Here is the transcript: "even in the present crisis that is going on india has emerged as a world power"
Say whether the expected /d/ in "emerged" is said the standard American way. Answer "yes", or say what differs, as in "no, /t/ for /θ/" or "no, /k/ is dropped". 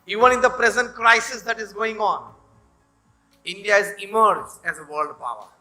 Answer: no, /d/ is dropped